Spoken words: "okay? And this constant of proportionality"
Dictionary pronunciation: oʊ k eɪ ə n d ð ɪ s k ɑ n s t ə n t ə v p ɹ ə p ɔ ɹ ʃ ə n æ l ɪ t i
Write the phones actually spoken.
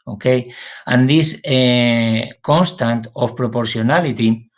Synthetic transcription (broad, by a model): oʊ k eɪ ə n d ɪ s k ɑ n s t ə n t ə f p ɹ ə p ɔ ɹ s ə n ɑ l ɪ t i